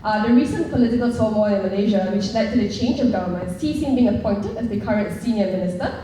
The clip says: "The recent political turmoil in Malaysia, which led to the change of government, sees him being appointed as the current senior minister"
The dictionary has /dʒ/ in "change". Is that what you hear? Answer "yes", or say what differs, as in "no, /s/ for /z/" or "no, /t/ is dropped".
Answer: yes